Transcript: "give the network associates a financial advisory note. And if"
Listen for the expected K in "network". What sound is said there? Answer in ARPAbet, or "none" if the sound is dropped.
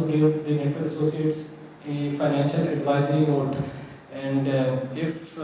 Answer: none